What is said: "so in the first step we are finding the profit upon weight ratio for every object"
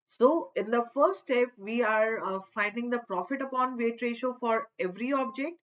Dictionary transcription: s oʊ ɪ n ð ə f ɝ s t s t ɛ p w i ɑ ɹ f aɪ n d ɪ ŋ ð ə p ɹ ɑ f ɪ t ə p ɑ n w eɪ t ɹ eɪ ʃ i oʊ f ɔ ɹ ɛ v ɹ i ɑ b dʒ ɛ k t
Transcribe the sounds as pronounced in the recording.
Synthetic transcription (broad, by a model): s oʊ ɪ n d ə f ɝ t s t ɛ p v i ɑ ɹ f aɪ n d ɪ ŋ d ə p ɹ ɑ f ɪ t ə p ɑ n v eɪ t ɹ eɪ ʃ oʊ f ɔ ɹ ɛ v ɹ i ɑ b dʒ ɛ k t